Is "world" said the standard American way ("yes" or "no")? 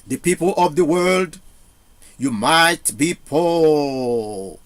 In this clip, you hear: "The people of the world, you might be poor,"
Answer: yes